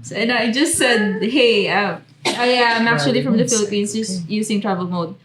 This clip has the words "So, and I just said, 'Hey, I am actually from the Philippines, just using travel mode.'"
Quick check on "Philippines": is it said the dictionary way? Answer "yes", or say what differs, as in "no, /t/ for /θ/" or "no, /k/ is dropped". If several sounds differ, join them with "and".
no, /s/ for /z/